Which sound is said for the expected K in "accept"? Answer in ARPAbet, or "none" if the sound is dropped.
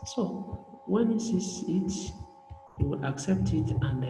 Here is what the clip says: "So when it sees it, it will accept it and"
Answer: K